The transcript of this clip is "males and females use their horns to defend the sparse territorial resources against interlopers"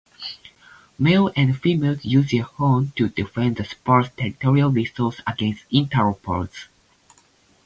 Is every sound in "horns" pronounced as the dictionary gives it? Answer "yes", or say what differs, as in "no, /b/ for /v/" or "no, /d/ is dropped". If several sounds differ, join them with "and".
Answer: no, /z/ is dropped